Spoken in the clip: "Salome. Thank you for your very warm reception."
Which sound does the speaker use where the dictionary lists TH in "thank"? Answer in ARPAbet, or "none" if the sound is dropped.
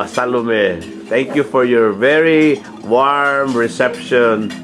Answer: T